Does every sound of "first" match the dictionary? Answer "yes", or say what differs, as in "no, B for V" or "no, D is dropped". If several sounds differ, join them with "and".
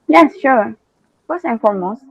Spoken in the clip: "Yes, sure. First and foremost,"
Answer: no, T is dropped